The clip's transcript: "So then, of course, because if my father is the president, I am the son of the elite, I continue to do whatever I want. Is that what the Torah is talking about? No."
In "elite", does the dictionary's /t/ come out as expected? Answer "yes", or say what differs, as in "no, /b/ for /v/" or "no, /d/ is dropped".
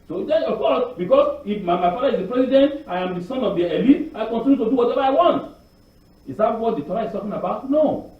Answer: no, /t/ is dropped